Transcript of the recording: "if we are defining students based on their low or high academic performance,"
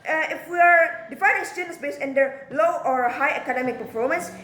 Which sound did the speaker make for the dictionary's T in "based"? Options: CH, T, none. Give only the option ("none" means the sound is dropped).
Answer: none